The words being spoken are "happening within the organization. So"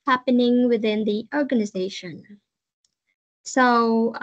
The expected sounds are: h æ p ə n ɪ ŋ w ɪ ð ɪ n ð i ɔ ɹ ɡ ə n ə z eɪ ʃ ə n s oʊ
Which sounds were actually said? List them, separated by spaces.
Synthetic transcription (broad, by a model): h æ p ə n ɪ ŋ w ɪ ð ɪ n ð i ɔ ɹ ɡ ə n ə z eɪ ʃ ə n s oʊ